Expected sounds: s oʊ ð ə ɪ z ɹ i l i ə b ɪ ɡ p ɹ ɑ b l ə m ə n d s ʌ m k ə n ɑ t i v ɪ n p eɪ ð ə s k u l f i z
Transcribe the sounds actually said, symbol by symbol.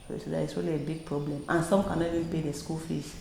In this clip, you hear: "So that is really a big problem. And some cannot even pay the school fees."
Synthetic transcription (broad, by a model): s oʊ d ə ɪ s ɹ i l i ə b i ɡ p ɹ ɑ b l ə m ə n s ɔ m k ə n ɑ i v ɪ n p eɪ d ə s k u l f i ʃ